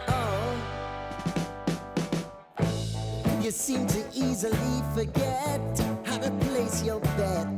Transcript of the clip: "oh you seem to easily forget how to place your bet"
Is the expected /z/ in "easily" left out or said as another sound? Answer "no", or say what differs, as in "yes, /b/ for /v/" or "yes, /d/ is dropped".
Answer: no